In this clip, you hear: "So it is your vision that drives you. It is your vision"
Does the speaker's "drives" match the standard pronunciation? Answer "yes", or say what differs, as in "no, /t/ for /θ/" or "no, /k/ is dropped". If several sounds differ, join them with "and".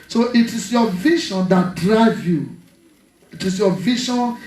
no, /z/ is dropped